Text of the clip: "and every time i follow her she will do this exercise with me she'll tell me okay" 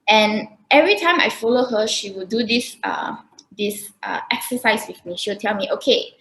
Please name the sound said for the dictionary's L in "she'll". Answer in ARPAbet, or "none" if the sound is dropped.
W